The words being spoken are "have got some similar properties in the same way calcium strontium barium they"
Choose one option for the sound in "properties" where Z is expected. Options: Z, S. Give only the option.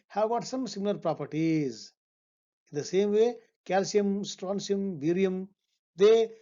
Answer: Z